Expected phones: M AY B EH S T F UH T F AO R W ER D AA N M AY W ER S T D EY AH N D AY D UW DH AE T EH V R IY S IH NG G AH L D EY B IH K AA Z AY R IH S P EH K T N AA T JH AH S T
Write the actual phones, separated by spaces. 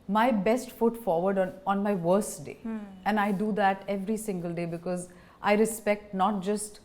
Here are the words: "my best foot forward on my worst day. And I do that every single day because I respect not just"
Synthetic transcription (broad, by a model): M AY B EH S T F UH T F AO R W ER D AA N M AY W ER S T D EY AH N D AY D UW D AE T EH V R IY S IH NG G AH L D EY B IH K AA Z AY R IH S P EH K T N AA T JH AH S T